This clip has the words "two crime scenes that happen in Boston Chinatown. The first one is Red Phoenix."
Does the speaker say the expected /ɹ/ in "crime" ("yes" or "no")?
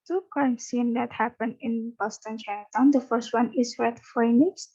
no